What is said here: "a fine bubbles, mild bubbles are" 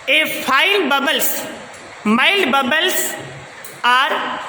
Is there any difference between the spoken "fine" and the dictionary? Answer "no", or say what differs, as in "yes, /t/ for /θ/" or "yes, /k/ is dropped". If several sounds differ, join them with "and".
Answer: yes, /l/ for /n/